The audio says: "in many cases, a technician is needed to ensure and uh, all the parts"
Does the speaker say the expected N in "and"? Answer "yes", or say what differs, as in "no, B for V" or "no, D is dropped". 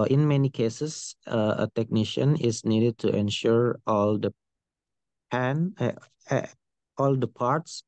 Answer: no, L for N